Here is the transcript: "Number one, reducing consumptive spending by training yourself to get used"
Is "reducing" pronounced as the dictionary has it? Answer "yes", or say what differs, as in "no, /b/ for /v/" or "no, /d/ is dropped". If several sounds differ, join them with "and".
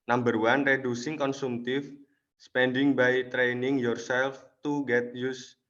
yes